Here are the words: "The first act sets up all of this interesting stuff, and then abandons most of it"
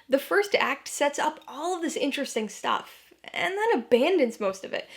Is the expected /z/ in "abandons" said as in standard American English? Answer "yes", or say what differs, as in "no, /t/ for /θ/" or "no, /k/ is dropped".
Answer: yes